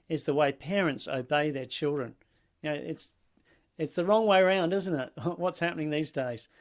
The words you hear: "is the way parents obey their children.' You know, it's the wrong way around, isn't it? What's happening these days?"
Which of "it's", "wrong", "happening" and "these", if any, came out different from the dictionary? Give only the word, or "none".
none